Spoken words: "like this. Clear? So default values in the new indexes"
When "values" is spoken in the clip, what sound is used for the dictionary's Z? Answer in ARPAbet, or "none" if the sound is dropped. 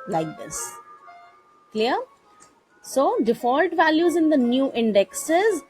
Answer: Z